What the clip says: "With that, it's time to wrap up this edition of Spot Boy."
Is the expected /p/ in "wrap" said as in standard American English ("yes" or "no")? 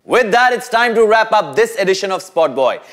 yes